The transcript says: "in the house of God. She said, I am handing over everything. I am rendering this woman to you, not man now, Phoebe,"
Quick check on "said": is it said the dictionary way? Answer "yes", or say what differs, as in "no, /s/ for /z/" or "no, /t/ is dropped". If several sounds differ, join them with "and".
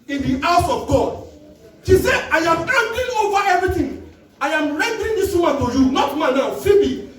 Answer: no, /d/ is dropped